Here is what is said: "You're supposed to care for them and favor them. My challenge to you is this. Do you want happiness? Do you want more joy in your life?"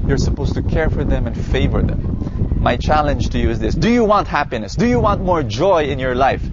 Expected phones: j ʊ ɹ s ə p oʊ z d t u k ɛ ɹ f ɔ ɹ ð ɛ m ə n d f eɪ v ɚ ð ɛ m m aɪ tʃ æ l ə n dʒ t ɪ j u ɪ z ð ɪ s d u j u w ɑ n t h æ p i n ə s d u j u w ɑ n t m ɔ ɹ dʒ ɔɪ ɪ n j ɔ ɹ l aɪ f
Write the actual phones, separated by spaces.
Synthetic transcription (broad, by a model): j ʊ ɹ s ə p oʊ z t u k ɛ ɹ f ɔ ɹ ð ɛ m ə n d f eɪ v ɚ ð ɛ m m aɪ tʃ æ l ə n dʒ t ɪ j u ɪ z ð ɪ s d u j u w ɑ n t h æ p i n ə s d u j u w ɑ n t m ɔ ɹ dʒ ɔɪ ɪ n j ɔ ɹ l aɪ f